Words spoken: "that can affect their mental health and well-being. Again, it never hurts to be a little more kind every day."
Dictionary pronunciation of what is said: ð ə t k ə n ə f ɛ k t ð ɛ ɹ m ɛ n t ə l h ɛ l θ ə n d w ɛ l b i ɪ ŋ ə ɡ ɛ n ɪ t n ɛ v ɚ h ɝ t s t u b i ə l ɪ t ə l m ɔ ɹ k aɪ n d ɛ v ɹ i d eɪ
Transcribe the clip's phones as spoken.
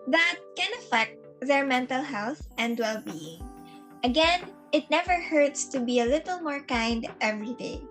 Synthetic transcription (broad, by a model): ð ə t k ə n ə f ɛ k t ð ɛ ɹ m ɛ n t ə l h ɛ l θ ə n d w ɛ l b i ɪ ŋ ə ɡ ɛ n ɪ t n ɛ v ɚ h ɝ t s t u b i ə l ɪ t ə l m ɔ ɹ k aɪ n d ɛ v ɹ i d eɪ